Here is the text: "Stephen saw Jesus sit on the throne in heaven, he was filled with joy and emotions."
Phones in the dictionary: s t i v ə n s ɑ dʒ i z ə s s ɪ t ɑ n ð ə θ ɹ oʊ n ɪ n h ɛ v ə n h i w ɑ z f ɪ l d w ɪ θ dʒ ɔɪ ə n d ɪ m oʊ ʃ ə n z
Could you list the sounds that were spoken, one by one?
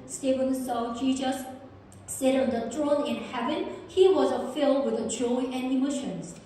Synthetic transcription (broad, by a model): s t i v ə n s ɑ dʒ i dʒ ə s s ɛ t ɑ n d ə t ɹ oʊ n ɪ n h ɛ v ə n h i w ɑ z f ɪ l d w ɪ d dʒ ɔɪ ə n d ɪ m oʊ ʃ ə n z